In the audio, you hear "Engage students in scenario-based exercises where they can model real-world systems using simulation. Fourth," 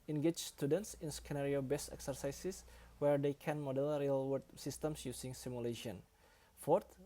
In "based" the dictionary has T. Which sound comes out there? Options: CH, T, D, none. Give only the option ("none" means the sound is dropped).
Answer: none